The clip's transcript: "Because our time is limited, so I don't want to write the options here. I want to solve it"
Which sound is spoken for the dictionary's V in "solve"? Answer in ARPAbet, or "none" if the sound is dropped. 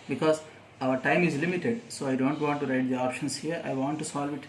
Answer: V